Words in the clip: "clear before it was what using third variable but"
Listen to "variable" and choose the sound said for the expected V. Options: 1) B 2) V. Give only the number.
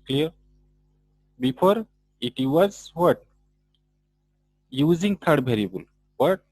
1